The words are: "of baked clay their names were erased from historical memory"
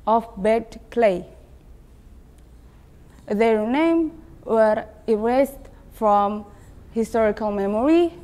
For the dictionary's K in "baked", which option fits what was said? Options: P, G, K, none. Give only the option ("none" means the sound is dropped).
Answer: none